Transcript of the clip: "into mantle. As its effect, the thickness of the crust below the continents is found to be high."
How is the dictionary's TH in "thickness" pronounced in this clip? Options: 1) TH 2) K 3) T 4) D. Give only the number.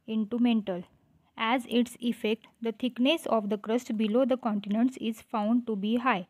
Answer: 3